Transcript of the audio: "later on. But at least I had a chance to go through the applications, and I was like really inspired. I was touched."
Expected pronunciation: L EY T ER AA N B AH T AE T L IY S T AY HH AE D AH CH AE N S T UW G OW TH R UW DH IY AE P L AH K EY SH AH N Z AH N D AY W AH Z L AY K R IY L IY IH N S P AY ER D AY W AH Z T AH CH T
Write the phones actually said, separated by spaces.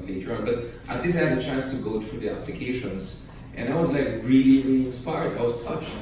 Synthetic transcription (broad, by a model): L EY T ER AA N B AH T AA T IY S AY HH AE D AH CH AE N S T UW G OW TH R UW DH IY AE P L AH K EY SH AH N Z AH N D AY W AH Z L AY K R IY L IY IH N S P AY ER D AY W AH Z T AH CH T